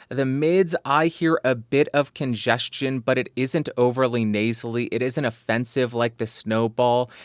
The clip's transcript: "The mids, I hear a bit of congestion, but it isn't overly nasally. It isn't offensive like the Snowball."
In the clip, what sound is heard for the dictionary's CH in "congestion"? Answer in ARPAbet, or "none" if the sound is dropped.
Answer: CH